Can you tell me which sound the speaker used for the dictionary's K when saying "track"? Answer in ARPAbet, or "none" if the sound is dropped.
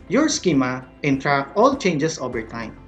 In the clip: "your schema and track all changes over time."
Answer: none